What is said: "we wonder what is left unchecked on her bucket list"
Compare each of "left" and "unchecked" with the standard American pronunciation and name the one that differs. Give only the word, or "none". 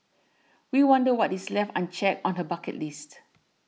unchecked